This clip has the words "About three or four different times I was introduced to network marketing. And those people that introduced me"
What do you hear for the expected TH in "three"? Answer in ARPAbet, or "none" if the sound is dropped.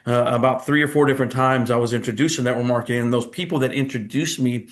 TH